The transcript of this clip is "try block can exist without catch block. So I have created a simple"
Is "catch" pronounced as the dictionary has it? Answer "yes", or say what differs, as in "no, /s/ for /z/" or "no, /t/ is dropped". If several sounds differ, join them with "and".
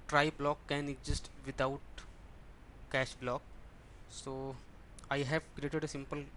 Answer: no, /ʃ/ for /tʃ/